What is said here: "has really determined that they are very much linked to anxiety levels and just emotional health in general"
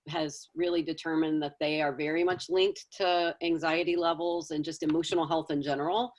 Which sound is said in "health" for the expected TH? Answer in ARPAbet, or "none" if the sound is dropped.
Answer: TH